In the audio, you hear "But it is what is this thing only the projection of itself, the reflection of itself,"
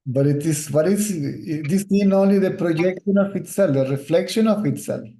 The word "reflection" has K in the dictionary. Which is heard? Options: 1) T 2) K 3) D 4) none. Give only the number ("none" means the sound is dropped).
2